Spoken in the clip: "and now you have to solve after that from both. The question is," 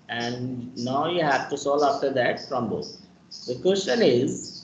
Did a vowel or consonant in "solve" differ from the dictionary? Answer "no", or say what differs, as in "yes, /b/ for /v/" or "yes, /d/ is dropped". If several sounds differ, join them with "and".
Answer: yes, /v/ is dropped